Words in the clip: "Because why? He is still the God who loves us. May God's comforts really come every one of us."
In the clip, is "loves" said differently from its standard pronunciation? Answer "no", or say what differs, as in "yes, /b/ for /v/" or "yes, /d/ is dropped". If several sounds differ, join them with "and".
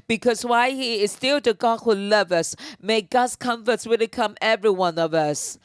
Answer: yes, /z/ is dropped